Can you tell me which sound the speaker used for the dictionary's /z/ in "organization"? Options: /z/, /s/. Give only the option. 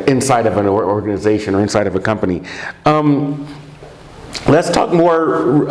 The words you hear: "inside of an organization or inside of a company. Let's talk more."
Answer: /z/